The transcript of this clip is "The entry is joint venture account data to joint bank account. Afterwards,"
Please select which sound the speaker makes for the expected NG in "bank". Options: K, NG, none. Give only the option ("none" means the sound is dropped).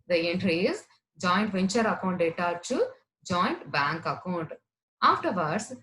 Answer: NG